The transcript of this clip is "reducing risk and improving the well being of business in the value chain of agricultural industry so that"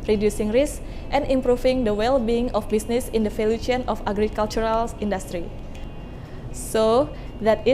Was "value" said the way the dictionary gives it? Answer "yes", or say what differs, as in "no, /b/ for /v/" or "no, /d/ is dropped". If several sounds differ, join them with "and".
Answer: no, /f/ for /v/